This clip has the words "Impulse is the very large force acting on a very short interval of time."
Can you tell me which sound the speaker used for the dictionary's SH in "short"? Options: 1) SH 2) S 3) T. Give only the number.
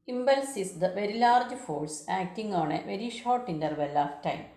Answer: 1